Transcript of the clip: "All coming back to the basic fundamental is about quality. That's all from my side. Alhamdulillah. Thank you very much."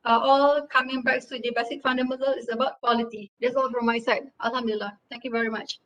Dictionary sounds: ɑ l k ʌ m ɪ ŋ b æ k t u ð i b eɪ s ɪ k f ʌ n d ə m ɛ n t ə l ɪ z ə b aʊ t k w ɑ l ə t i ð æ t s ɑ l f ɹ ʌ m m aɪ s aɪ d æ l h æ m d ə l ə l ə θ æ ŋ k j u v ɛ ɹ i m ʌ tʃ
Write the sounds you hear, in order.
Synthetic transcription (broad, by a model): ɑ l k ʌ m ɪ ŋ b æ k t u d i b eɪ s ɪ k f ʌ n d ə m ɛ n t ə l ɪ s ə b aʊ t k w ɑ l ə t i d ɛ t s ɑ l f ɹ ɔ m m aɪ s aɪ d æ l h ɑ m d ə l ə l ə t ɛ ŋ k j u v ɛ ɹ i m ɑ tʃ